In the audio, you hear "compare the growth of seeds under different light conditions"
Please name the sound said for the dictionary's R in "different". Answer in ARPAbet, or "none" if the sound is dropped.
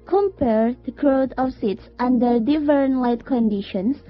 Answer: none